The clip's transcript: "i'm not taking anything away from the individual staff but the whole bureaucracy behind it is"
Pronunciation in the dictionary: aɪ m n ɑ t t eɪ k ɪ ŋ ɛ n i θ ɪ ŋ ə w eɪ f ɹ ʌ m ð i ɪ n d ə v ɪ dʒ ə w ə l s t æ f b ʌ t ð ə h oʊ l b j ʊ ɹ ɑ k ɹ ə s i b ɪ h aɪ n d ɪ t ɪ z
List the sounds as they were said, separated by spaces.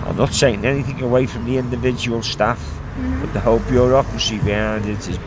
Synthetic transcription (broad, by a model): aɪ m n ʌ t s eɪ ɪ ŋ ɛ n i θ ɪ ŋ ə w eɪ f ɹ ʌ m ð i ɪ n d ə v ɪ dʒ ə w ə l s t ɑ f b ʌ t ð ə h oʊ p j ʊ ɹ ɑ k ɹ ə s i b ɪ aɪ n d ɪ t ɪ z